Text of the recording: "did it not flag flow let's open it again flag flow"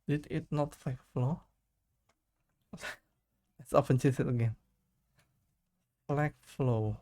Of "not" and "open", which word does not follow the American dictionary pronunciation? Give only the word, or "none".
open